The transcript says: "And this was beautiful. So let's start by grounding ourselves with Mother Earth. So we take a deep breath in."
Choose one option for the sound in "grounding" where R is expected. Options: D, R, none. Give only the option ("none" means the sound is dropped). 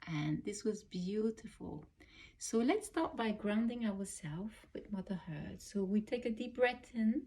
R